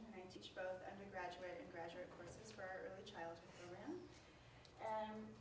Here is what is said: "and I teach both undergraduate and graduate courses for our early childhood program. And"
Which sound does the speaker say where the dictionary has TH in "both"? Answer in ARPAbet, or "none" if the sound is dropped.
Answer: TH